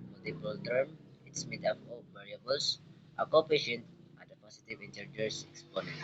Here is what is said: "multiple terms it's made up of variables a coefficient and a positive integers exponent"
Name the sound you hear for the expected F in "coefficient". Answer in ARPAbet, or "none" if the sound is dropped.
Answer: P